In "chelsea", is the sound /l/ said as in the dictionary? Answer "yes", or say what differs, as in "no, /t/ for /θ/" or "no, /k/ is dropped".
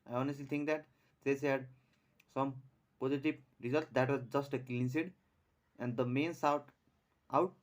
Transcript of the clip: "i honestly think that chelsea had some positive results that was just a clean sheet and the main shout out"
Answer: no, /l/ is dropped